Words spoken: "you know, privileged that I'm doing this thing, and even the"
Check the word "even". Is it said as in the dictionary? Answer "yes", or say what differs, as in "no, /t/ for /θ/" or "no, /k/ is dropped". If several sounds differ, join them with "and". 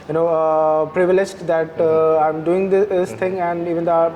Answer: yes